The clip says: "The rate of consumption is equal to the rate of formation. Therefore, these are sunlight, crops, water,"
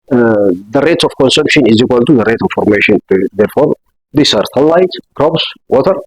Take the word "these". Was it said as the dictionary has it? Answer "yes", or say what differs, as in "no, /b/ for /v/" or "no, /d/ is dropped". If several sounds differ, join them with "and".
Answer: no, /s/ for /z/